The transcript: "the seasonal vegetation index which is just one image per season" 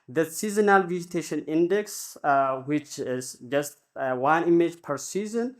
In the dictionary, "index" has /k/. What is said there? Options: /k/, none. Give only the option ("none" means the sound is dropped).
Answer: /k/